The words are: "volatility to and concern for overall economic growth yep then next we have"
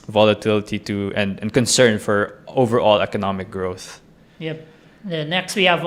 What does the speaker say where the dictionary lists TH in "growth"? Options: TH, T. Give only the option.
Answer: TH